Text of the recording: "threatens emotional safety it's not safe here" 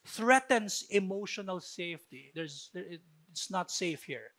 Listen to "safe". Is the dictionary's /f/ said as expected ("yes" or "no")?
yes